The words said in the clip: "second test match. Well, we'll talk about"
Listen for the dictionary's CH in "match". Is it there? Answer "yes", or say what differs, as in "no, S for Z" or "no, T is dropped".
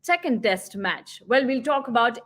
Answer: yes